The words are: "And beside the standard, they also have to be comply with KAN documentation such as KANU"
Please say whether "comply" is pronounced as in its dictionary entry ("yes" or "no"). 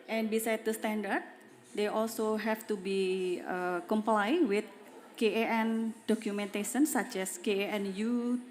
yes